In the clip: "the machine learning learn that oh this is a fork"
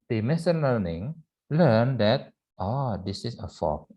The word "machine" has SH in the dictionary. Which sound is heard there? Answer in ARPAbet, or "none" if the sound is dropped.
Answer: S